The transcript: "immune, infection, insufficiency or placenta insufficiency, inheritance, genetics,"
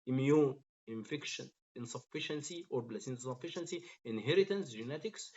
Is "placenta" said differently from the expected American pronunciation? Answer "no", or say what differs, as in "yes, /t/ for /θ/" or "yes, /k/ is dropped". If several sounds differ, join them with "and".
yes, /b/ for /p/